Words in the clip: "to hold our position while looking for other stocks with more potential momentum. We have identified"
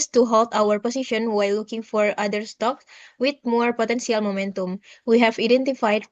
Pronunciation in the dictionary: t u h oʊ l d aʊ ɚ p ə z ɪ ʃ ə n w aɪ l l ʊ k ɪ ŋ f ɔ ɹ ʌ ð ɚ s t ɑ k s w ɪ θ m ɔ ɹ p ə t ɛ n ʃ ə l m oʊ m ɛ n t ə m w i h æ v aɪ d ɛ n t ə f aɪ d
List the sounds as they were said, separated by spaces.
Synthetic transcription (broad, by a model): t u h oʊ l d aʊ ɚ p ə s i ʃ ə n w aɪ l l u k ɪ ŋ f ɔ ɹ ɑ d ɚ s t ɑ k s w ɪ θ m ɔ ɹ p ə t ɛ n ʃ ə l m oʊ m ɛ n t ə m w i h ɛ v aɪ d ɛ n t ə f aɪ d